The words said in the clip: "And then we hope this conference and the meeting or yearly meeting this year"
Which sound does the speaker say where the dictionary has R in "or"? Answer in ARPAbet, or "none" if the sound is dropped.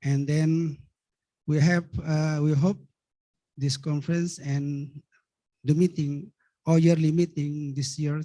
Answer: L